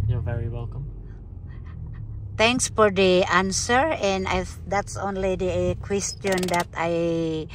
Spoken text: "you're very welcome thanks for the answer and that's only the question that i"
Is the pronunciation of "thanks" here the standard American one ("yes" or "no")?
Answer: no